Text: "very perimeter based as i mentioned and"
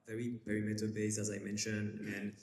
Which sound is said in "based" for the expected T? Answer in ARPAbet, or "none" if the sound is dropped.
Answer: none